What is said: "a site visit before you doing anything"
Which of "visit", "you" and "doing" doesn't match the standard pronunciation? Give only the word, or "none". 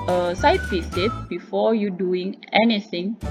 visit